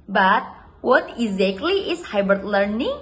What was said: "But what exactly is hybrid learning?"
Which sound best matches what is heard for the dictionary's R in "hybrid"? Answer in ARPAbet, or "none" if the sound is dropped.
none